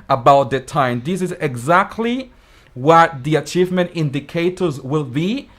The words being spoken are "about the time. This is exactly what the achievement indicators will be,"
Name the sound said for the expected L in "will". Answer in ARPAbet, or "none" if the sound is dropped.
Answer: L